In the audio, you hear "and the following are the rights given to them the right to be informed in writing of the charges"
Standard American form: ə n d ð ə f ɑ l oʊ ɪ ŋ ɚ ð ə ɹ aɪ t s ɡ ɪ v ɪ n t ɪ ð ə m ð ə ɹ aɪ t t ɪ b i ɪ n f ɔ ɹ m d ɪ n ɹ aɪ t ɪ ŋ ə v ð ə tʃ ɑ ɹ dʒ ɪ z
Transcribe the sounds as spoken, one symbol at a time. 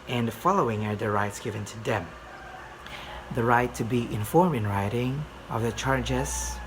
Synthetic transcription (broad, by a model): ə n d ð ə f ɑ l oʊ ɪ ŋ ɚ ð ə ɹ aɪ t s ɡ ɪ v ɪ n t ɪ ð ə m ð ə ɹ aɪ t t ɪ b i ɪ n f ɔ ɹ m ɪ n ɹ aɪ t ɪ ŋ ə v ð ə tʃ ɑ ɹ dʒ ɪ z